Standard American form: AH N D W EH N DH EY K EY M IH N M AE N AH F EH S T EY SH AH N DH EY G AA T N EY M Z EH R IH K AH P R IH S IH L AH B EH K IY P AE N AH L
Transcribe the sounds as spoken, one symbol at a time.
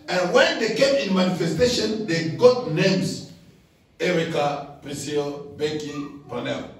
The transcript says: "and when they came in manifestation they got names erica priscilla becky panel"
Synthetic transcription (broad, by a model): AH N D W EH N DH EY K EY M IH N M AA N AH F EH S T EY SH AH N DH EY G AA T N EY M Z EH R IH K AH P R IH S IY AH B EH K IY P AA N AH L